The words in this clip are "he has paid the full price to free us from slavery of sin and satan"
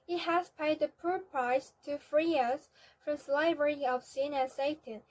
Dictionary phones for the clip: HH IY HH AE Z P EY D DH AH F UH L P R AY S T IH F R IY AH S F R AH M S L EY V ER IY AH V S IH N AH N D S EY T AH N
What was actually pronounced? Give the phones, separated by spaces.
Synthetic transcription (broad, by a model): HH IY HH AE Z P EY D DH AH P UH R P R AY S T IH F R IY AH S F R AH M S L EY V ER IY AH V S IH N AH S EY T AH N